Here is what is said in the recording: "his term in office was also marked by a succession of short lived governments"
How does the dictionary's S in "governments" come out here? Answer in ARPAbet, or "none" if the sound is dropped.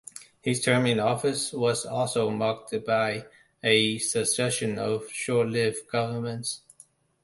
S